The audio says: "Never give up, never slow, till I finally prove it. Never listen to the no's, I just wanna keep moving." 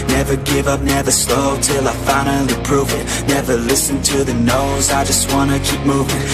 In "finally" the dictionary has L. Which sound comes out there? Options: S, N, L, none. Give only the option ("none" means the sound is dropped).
none